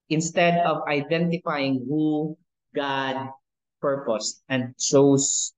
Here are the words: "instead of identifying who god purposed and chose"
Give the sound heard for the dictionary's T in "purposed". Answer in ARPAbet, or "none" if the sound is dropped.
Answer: T